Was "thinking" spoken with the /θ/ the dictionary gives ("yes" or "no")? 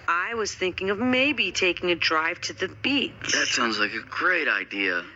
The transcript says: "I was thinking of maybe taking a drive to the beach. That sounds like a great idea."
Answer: yes